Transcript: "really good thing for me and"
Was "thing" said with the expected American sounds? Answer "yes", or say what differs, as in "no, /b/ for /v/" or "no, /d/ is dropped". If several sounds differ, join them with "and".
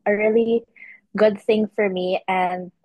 yes